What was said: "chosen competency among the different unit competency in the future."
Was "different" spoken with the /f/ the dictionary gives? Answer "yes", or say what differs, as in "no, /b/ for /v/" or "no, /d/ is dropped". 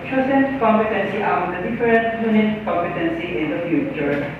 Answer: no, /f/ is dropped